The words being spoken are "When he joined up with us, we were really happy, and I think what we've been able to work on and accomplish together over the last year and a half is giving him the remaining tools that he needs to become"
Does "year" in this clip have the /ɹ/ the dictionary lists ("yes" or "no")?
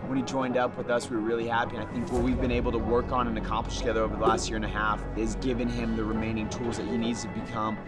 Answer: yes